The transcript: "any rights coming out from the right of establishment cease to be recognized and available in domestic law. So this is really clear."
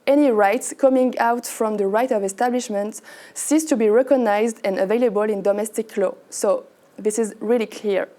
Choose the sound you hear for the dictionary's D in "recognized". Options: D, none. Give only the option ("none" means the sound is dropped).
D